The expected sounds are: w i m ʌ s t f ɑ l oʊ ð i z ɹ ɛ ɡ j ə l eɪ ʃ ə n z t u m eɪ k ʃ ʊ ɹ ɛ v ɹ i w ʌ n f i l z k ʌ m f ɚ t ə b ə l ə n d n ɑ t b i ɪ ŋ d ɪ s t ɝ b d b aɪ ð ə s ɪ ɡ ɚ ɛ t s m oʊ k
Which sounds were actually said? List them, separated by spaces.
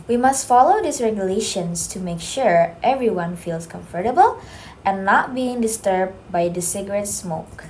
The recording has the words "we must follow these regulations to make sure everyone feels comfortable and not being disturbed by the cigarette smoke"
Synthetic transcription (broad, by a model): w i m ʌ s t f ɑ l oʊ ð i s ɹ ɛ ɡ j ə l eɪ ʃ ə n s t u m eɪ k ʃ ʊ ɹ ɛ v ɹ i w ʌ n f i l s k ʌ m f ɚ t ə b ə l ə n n ɑ t b i ɪ ŋ d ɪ s t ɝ b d b aɪ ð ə s ɪ ɡ ɚ ɛ t s m oʊ k